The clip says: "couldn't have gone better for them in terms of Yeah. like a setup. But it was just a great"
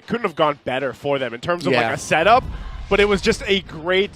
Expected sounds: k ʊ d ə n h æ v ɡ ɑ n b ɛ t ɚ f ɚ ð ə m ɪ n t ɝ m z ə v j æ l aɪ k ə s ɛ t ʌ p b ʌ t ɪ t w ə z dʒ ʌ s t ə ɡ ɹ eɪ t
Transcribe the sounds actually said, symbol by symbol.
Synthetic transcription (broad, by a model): k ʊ d n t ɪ v ɡ ɑ n b ɛ t ɚ f ɚ ð ə m ɪ n t ɝ m z ə v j l aɪ k ə s ɛ t ʌ p b ʌ t ɪ t w ə z dʒ ʌ s t ə ɡ ɹ eɪ t